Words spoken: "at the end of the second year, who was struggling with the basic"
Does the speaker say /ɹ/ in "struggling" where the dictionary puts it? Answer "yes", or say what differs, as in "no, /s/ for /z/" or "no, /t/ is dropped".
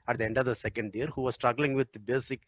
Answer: yes